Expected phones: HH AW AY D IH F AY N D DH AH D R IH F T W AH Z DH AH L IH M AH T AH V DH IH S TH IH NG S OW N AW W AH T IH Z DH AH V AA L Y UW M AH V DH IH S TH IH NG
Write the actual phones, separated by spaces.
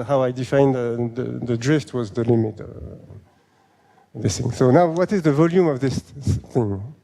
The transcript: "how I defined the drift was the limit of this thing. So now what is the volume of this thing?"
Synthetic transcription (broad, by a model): HH AW AY D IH F AY N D DH AH D R IH F T W AH Z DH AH L IH M AH T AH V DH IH S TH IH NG S OW N AW W AH T IH Z DH AH V AA L Y UW M AH V DH IH S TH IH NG